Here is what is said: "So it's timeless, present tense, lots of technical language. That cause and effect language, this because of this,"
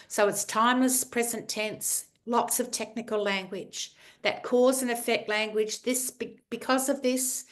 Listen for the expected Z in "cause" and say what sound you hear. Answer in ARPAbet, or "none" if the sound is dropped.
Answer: Z